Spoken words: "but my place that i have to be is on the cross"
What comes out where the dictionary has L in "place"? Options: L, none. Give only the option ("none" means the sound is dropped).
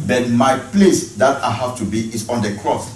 L